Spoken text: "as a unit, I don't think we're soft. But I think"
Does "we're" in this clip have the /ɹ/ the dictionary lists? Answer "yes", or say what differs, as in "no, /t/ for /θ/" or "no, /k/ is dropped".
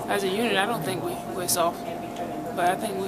no, /w/ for /ɹ/